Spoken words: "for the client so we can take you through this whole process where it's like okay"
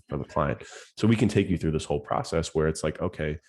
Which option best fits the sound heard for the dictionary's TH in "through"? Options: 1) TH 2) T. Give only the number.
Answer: 1